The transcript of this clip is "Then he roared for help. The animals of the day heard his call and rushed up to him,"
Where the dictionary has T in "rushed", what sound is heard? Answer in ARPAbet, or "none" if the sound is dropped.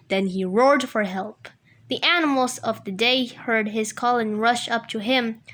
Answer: none